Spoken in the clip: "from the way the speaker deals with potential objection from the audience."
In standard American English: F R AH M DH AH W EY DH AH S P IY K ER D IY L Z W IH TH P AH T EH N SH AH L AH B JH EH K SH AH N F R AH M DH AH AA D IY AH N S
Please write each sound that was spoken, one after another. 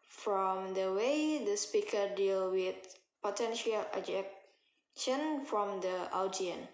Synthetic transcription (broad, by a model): F R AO M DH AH W EY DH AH S P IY K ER D IY L W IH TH P AH T EH N SH AH L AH JH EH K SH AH N F R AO M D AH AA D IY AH N